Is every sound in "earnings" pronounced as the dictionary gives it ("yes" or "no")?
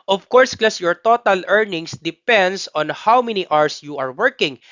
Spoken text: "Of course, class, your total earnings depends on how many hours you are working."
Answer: no